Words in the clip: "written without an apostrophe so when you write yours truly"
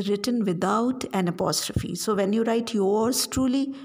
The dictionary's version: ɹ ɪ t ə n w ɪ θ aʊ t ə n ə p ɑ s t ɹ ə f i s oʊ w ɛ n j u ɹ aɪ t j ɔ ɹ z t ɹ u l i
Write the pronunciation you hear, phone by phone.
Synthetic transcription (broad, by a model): ɹ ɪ t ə n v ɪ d aʊ t ə n ə p ɑ s t ɹ ə f i s oʊ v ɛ n j u ɹ aɪ t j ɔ ɹ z t ɹ u l i